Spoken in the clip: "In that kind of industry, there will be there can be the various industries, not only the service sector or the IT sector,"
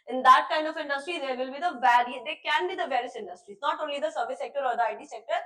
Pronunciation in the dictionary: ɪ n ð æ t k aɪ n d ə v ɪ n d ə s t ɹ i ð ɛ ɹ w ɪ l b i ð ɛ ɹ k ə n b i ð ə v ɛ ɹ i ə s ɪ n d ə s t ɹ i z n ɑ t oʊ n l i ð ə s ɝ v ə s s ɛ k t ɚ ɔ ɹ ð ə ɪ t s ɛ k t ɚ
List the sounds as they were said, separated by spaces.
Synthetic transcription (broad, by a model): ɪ n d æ t k aɪ n d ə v ɪ n d ə s t ɹ i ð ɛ ɹ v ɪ l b i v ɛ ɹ k ə n b i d ə v ɛ ɹ i ə s ɪ n d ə s t ɹ i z n ɑ t oʊ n l i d ə s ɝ v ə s s ɛ k t ɚ ɔ ɹ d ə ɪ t s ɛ k t ɚ